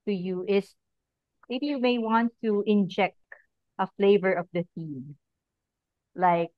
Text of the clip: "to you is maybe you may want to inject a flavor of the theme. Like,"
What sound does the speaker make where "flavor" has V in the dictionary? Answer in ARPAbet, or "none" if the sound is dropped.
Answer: V